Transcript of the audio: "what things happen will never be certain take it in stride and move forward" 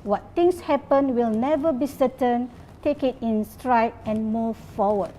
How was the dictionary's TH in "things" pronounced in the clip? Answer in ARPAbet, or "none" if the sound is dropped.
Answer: T